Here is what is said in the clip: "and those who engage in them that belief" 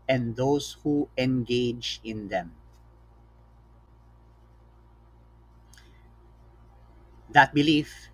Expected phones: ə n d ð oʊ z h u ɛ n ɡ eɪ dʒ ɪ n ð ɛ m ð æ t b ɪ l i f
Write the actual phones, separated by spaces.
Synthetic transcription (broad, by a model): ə n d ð oʊ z h u ɛ n ɡ eɪ dʒ ɪ n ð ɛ m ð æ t b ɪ l i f